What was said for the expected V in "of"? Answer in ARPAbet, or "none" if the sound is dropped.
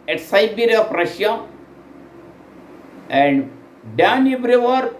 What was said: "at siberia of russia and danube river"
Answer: P